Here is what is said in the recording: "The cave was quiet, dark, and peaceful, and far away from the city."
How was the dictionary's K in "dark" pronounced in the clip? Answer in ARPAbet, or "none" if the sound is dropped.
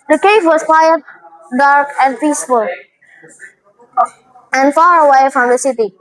K